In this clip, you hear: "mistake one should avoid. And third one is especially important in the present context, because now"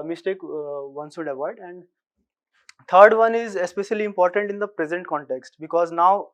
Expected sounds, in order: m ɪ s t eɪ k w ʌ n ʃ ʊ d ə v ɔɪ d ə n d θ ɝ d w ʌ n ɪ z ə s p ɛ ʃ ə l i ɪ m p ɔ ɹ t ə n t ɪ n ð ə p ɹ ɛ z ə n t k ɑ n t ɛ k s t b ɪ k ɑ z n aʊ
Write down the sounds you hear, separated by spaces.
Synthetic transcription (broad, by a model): m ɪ s t eɪ k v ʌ n s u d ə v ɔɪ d ə n d t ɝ d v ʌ n ɪ z ə s p ɛ ʃ ə l i ɪ m p ɔ ɹ t ə n t ɪ n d ə p ɹ ɛ z ə n t k ɑ n t ɛ k s t b ɪ k ɑ z n aʊ